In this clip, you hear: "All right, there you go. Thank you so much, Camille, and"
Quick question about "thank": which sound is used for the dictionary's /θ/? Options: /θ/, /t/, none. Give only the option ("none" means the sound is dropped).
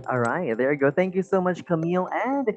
/θ/